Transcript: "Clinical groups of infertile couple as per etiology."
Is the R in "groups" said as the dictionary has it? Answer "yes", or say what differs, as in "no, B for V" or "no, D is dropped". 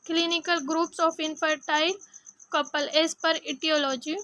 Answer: yes